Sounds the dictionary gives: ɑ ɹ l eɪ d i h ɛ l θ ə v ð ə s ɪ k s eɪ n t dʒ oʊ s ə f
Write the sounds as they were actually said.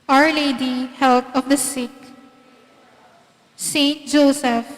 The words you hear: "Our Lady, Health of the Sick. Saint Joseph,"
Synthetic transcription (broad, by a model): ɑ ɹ l eɪ d i h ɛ l t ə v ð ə s ɪ k s eɪ n t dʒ oʊ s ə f